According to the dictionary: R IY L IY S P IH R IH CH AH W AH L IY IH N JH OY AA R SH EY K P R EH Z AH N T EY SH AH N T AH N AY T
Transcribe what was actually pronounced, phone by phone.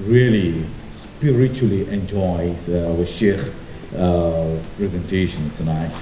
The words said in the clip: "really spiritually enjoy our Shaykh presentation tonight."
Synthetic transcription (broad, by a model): R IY L IY S P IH R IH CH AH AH L IY IH N JH OY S W SH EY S P R EH Z AH N T EY SH AH N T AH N AY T